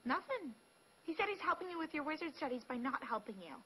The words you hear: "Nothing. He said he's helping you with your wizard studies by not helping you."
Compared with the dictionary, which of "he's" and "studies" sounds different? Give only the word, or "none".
none